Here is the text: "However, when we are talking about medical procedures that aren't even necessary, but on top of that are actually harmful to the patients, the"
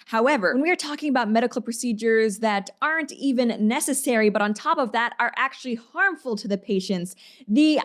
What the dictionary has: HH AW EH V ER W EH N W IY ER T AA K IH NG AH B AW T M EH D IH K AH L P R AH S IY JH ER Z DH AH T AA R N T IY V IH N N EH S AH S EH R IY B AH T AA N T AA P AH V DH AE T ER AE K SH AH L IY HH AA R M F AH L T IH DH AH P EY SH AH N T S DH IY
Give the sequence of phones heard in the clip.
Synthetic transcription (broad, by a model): HH AW EH V ER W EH N W IY ER T AA K IH NG AH B AW T M EH D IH K L P R AH S IY JH ER Z DH AH T AA R N T IY V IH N N EH S AH S EH R IY B AH T N T AA P AH V DH AE T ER AE K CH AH L IY HH AA R M F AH L T IH DH AH P EY SH AH N T S DH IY